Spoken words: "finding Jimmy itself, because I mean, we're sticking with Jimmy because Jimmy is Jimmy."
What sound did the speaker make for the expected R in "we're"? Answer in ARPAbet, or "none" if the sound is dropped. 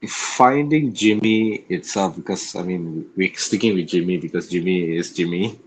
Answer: W